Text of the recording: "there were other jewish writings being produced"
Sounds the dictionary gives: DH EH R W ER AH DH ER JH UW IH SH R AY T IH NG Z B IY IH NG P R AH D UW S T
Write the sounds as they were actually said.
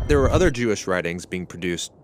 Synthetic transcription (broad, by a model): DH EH R W ER AH DH ER JH UW IH SH R AY T IH NG Z B IY IH NG P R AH D UW S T